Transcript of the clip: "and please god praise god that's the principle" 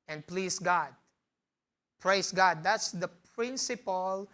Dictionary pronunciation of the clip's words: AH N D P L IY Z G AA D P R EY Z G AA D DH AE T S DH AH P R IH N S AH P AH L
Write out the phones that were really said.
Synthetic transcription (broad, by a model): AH N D P L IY S G AA D P R EY S G AA D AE T S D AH P R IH N S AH P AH L